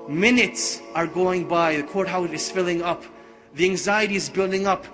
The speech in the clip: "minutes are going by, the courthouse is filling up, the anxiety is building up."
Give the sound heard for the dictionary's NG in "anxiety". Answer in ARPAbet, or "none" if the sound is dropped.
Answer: NG